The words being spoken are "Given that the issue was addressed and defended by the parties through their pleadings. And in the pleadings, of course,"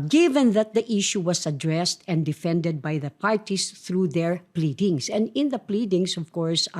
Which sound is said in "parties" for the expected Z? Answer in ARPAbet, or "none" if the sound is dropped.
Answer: S